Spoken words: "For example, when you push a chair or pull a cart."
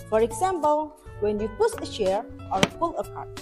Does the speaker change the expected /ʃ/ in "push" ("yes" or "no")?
yes